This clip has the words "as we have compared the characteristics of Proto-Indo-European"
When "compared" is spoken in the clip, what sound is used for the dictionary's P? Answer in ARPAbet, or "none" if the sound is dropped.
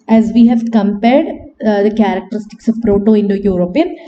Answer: P